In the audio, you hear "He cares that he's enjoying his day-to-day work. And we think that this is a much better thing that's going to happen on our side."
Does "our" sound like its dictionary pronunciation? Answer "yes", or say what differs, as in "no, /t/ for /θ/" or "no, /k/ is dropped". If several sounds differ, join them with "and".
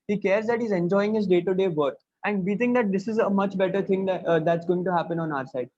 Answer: yes